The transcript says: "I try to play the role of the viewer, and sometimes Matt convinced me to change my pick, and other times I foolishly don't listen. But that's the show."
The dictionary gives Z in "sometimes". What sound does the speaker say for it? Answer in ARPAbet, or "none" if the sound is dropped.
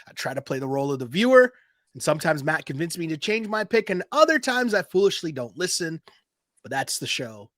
Z